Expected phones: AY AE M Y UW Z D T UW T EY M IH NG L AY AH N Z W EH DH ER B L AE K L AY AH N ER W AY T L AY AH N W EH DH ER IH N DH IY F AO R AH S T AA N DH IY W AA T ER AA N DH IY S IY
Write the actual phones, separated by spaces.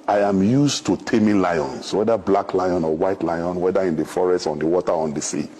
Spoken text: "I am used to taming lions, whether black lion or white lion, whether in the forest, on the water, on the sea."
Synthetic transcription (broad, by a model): AY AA M Y UW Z T UW T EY M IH L AY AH N S W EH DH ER B L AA K L AY AH N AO W AY T L AY AH N W EH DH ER IH N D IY F AO R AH S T AA N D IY W AA T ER AA N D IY S IY